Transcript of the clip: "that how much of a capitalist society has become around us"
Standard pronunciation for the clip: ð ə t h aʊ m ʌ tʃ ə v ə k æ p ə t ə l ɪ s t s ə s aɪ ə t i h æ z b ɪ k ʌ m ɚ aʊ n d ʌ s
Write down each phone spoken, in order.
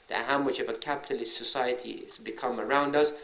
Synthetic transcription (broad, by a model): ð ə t h aʊ m ʌ tʃ ə v ə k æ p ə t ə l ɪ s t s ə s aɪ ə t i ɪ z b ɪ k ʌ m ɚ aʊ n d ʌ s